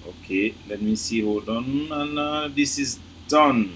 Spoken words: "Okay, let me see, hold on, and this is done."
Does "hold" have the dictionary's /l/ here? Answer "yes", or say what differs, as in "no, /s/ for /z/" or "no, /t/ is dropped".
no, /l/ is dropped